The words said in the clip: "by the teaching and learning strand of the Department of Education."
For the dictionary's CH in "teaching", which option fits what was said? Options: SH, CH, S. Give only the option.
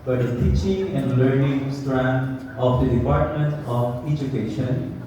CH